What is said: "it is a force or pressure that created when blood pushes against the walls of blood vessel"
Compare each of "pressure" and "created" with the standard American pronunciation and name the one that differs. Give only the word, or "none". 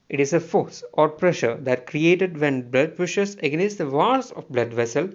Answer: none